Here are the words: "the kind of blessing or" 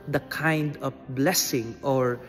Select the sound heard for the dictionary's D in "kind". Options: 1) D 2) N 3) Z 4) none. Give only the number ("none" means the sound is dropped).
1